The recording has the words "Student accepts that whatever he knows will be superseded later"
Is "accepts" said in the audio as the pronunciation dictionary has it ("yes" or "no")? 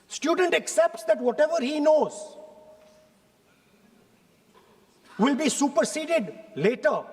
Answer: yes